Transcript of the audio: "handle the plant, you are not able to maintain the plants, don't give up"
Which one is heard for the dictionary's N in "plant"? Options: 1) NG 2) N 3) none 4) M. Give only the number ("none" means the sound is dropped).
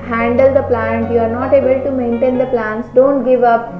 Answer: 2